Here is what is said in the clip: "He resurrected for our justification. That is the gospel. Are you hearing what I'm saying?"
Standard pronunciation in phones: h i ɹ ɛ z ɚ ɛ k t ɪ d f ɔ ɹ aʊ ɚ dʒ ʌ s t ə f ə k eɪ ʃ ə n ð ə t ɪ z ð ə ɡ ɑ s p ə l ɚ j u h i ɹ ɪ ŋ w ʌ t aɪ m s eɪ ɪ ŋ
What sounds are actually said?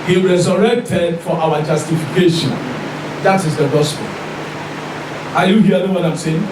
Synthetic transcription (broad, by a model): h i ɹ ɛ z ɚ ɛ k t ɪ d f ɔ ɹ aʊ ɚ dʒ ʌ s t ə f ə k eɪ ʃ ə n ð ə t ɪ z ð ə ɡ ɑ s p ə l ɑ j u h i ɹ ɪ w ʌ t aɪ m s eɪ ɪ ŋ